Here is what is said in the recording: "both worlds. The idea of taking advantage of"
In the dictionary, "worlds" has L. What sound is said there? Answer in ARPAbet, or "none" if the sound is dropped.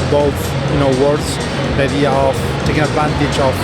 none